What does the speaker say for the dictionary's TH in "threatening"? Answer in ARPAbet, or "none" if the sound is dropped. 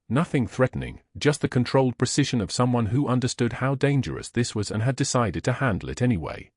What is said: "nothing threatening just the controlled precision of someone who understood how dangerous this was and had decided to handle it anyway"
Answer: TH